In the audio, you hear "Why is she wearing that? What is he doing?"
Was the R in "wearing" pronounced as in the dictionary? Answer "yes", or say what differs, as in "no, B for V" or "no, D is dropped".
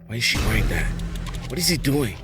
no, R is dropped